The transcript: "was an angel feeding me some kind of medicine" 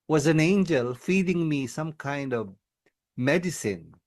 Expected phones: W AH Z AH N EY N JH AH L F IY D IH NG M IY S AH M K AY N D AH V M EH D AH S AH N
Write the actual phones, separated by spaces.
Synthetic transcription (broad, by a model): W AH Z AH N EY N JH AH L F IY D IH NG M IY S AH M K AY N D AH V M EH D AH S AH N